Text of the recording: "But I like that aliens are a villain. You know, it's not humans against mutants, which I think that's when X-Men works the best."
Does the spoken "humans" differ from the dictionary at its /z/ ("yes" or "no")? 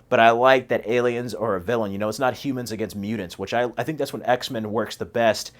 no